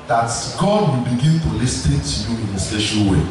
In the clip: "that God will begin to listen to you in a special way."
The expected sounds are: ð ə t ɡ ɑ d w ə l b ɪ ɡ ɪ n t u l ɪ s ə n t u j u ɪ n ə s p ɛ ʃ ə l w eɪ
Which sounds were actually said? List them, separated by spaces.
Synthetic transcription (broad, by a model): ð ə t ɡ ɑ d w ə l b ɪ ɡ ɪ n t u l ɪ s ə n t u j u ɪ n ə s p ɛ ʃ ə n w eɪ